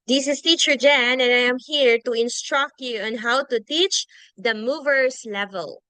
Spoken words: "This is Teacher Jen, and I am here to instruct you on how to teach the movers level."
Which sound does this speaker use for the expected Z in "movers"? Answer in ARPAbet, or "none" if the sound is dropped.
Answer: S